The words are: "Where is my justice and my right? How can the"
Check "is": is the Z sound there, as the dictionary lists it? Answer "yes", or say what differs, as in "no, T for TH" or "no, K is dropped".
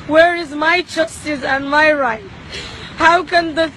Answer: yes